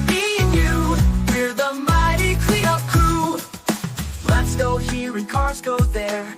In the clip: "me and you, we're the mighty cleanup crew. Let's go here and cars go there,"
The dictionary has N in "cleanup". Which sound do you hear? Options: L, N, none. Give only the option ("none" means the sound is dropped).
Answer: none